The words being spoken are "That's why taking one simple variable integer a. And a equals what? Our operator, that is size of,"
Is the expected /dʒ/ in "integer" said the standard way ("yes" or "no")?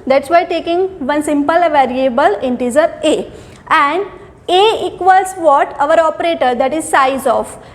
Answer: no